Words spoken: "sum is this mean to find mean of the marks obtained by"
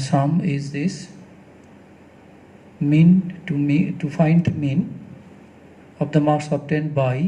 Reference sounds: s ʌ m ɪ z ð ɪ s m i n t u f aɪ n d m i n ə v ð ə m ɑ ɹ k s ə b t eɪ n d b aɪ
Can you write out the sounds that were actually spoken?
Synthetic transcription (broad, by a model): s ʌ m ɪ z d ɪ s m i n t u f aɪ n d m i n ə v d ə m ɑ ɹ s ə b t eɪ n b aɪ